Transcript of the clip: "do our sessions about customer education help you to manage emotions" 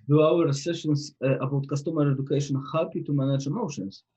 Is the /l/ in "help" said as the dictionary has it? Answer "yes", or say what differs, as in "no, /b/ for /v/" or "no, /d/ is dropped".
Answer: no, /l/ is dropped